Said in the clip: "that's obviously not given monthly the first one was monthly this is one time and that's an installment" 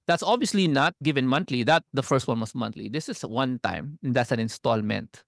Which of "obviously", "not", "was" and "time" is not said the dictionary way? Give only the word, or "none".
was